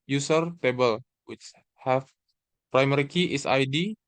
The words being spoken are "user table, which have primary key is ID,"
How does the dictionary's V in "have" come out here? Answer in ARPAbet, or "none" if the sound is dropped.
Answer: F